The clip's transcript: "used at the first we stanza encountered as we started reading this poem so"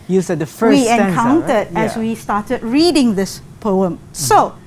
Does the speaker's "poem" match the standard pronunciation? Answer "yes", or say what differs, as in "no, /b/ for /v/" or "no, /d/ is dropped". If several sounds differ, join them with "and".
yes